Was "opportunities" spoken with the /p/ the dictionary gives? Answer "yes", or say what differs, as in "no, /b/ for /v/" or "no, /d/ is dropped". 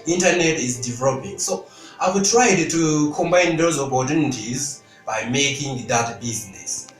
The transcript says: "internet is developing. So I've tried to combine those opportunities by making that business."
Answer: no, /b/ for /p/